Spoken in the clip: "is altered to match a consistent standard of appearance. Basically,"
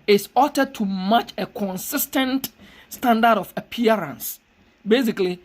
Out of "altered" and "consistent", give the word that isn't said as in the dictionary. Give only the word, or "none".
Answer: altered